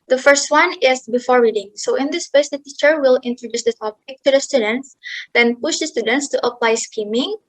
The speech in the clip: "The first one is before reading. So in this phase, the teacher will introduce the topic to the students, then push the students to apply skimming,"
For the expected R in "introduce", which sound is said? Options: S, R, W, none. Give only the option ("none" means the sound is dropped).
R